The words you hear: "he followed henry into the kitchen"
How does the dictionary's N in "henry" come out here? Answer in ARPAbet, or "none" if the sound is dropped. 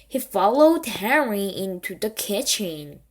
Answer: none